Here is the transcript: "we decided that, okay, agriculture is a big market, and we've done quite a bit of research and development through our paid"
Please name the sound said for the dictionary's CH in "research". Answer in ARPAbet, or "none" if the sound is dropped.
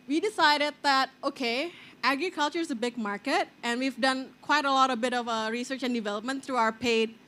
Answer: CH